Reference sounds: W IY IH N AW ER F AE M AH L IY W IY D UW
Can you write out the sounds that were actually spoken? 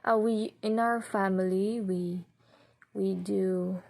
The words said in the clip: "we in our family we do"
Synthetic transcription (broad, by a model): W IY IH N AW ER F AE M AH W IY W IY D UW